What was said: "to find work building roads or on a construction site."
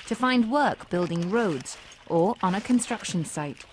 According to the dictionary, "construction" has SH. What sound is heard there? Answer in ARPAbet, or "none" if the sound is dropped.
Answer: SH